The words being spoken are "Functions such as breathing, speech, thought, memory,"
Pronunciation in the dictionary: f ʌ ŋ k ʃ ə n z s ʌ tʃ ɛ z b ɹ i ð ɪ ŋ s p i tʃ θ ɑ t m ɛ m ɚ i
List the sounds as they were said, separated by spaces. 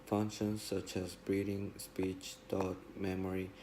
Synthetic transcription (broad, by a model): f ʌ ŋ k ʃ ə n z s ʌ tʃ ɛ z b ɹ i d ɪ ŋ s p i tʃ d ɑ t m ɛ m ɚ i